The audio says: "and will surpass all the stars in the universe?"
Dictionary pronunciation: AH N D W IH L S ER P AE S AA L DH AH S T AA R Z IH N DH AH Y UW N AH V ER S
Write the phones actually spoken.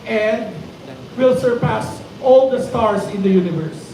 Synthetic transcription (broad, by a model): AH N D W IH L S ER P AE S AA L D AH S T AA R S IH N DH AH Y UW N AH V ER S